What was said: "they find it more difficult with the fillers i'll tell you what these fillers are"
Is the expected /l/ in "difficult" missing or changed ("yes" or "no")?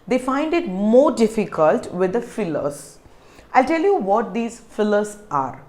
no